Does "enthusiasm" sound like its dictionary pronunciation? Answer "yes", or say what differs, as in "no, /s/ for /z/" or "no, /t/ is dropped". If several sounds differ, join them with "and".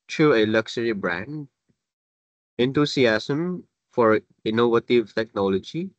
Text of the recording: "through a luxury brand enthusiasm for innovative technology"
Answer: no, /t/ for /θ/ and /s/ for /z/ and /s/ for /z/